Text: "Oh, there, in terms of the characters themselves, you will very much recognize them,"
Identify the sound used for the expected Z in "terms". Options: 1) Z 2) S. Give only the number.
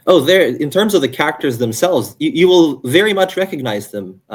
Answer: 1